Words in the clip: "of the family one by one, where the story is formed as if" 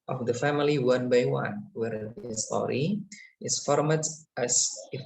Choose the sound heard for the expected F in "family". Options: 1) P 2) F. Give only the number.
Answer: 2